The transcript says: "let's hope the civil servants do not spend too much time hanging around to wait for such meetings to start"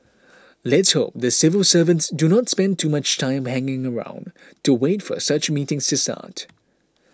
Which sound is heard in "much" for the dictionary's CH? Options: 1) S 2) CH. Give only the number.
2